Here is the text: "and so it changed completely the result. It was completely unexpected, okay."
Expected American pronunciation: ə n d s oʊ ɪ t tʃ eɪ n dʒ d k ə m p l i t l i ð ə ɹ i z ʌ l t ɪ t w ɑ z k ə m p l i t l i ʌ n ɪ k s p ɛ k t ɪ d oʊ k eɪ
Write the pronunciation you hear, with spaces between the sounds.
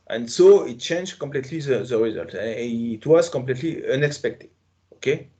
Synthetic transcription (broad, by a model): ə n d s oʊ ɪ t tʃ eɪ n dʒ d k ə m p l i t l i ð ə ɹ i z ʌ l t t w ɑ z k ə m p l i t l i ʌ n ɪ k s p ɛ k t ɪ d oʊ k eɪ